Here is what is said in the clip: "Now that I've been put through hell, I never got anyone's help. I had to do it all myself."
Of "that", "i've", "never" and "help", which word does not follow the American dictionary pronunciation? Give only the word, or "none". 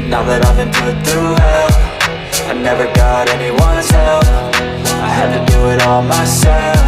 help